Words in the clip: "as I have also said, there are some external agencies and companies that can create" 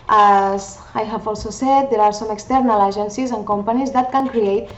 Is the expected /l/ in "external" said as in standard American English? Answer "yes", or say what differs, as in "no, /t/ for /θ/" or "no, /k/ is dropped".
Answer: yes